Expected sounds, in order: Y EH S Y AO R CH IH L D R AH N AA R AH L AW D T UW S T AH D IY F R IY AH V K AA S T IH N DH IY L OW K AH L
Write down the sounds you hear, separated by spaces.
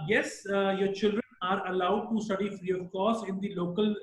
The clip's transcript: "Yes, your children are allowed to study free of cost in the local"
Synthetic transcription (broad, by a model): Y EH S Y AO R CH IH L D R AH N AA R AH L AW D T UW S T AH D IY F R IY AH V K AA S IH N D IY L OW K AH L